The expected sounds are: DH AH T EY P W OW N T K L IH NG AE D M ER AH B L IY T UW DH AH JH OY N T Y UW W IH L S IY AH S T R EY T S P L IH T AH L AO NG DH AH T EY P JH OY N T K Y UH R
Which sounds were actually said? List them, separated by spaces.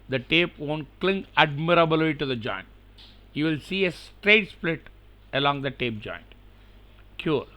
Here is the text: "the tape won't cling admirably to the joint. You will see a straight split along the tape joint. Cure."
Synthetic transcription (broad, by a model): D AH T EY P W OW N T K L IH NG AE D M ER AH B L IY T UW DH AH JH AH N T Y UW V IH L S IY AH S T R EY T S P L IH T AH L AO NG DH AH T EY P JH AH N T K Y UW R